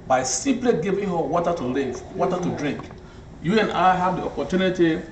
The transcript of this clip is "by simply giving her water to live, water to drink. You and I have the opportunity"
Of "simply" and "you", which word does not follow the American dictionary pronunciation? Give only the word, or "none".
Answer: simply